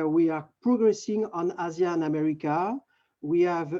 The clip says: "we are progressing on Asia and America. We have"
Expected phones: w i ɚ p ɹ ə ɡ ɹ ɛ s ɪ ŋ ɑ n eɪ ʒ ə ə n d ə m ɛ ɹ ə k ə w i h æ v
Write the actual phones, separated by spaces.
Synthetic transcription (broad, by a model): w i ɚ p ɹ ə ɡ ɹ ɛ s ɪ ŋ ɑ n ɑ z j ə n ə m ɛ ɹ ə k ə w i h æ v